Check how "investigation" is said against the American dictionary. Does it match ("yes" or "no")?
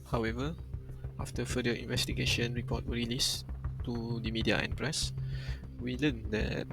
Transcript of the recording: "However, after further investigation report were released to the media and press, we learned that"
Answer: yes